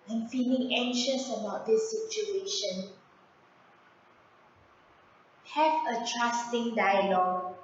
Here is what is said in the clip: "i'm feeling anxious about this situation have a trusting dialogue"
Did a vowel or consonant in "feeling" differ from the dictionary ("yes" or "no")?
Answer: no